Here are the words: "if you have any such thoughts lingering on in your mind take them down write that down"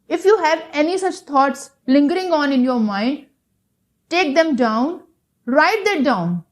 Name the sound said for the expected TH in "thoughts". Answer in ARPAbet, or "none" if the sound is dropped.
T